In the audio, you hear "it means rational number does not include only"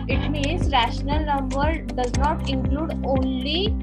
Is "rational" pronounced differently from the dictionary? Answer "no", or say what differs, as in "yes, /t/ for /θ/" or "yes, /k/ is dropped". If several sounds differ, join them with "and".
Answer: no